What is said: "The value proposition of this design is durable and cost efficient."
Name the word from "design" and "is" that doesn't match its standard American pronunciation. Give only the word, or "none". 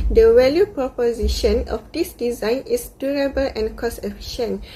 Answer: is